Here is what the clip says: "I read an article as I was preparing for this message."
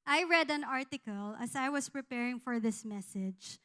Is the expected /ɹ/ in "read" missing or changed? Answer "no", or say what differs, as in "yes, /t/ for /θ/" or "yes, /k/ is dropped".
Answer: no